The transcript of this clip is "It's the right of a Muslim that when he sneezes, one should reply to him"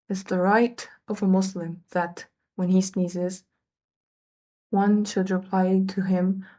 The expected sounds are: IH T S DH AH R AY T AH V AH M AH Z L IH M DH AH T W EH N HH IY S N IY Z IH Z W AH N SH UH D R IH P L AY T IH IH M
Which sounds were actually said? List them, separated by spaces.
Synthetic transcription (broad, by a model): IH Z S DH AH R AY T AH V AH M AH S L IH M DH AH T W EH N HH IY S N IY Z IH Z W AH N SH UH D R IH P L AY T IH IH M